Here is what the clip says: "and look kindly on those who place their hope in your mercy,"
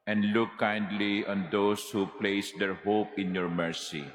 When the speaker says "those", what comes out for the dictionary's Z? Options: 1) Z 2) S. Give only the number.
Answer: 2